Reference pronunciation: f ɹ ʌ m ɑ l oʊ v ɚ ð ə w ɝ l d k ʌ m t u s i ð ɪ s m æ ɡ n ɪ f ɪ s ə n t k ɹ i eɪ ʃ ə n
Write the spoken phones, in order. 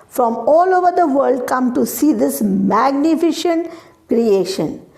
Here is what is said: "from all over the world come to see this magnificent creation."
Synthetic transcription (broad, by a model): f ɹ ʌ m ɑ l oʊ v ɚ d ə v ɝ l d k ʌ m t u s i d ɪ s m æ ɡ n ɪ f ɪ ʃ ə n t k ɹ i eɪ ʃ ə n